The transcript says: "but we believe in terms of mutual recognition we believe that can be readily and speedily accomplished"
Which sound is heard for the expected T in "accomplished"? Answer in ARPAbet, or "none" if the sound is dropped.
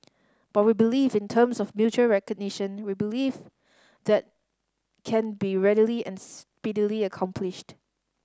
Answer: T